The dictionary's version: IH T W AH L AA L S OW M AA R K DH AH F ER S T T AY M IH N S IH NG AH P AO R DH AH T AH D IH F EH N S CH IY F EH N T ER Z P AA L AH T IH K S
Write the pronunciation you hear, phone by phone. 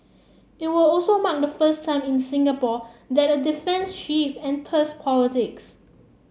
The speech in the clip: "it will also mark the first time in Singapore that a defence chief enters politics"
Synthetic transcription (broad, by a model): IH T W AH L AA L S OW M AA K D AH F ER S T T AY M IH N S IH NG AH P AO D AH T AH D IH F EH N S SH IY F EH N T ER S P AA L AH T IH K S